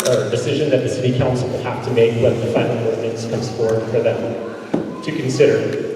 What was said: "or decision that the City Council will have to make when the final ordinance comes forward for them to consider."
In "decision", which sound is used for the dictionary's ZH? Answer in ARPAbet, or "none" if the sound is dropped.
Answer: ZH